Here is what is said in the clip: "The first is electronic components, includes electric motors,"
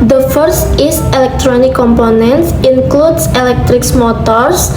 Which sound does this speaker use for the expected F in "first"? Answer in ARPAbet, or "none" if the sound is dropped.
F